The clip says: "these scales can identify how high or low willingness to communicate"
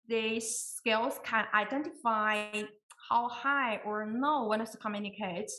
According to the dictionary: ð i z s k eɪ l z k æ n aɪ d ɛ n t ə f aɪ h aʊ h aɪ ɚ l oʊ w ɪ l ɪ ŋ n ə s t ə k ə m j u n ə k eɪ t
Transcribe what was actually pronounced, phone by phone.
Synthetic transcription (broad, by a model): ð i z s k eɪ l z k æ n aɪ d ɛ n t f aɪ h aʊ h aɪ ɚ n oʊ w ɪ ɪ n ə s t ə k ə m j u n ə k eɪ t